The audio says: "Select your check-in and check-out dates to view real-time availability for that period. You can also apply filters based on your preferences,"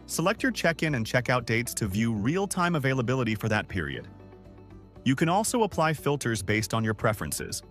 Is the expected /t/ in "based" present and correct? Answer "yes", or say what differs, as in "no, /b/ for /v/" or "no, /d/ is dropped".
yes